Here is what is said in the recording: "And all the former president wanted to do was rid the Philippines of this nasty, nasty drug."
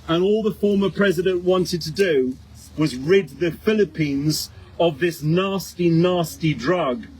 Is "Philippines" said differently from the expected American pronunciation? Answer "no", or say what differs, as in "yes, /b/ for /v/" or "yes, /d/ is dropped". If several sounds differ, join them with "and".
no